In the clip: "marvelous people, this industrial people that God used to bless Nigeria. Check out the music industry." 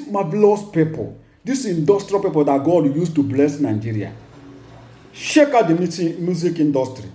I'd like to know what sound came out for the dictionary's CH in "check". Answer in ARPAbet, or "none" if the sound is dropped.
SH